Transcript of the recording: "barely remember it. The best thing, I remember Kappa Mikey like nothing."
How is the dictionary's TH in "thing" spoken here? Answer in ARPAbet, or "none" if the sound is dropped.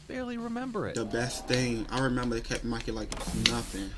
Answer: TH